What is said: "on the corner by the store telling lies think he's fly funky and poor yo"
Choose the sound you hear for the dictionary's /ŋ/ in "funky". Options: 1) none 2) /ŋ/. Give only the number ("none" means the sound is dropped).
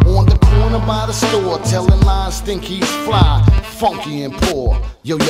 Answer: 2